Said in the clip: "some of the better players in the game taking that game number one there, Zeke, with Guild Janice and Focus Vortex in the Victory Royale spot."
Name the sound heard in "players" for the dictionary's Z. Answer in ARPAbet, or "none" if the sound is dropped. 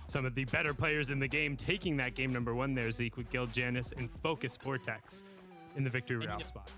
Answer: Z